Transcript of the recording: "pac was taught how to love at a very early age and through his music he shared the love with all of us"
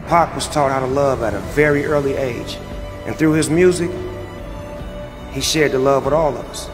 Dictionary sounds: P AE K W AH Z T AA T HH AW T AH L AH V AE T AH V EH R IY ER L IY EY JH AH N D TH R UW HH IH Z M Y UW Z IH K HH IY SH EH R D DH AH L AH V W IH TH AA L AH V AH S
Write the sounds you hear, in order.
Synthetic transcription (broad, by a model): P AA K W AH Z T AA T HH AW T AH L AH V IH T AH V EH R IY ER L IY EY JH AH N TH R UW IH Z M Y UW Z IH K HH IY SH EH R D DH AH L AH V W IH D AA L AH V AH S